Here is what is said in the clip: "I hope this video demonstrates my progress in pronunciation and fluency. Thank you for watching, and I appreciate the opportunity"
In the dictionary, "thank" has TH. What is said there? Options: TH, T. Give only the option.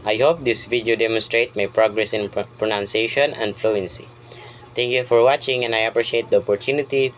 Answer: T